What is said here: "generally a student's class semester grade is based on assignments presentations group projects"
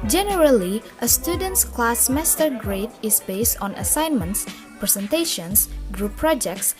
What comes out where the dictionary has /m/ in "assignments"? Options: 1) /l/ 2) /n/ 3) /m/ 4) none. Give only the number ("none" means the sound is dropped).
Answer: 3